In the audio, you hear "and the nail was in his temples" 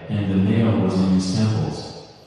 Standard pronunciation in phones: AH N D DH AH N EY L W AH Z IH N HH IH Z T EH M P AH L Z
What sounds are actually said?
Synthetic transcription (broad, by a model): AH N DH AH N EY L W AH Z IH N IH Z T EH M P L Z